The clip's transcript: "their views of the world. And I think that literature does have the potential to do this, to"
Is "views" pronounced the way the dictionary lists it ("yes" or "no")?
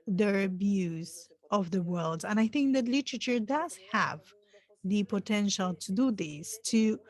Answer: no